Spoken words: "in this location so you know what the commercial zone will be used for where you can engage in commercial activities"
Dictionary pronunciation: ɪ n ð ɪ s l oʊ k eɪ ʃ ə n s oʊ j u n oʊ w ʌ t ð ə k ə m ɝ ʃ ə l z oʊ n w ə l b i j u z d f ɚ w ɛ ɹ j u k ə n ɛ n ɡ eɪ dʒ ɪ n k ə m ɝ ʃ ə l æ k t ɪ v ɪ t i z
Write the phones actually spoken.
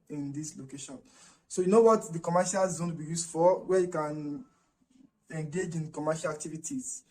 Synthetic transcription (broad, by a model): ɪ n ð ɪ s l oʊ k eɪ ʃ ə n s oʊ j u n oʊ w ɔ t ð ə k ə m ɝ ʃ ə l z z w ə n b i j u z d f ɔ w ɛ j u k ə n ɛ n ɡ eɪ dʒ ɪ n k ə m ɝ ʃ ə l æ k t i v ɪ t i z